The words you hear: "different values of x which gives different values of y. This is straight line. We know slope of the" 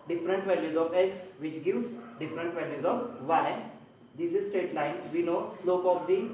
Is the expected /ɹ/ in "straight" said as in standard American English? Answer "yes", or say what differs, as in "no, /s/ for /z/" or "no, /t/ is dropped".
no, /ɹ/ is dropped